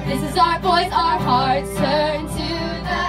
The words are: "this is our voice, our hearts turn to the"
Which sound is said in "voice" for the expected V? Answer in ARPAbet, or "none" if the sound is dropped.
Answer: V